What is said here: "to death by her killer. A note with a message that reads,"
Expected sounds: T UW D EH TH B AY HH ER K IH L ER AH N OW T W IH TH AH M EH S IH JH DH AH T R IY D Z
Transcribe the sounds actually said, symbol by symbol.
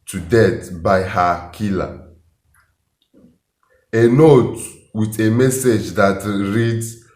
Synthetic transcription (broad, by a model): T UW D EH T B AY HH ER K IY L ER AH N OW T W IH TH AH M EH S IH JH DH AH T R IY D